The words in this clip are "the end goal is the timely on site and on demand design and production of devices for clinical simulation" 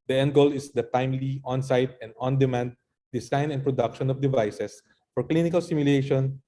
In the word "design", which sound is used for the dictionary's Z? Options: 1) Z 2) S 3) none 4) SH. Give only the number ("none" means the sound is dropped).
2